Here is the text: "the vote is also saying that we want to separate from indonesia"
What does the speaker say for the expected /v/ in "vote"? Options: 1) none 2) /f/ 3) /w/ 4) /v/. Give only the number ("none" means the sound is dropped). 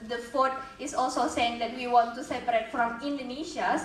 2